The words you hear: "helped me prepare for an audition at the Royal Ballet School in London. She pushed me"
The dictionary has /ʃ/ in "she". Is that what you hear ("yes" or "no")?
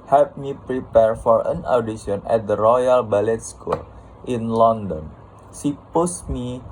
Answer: no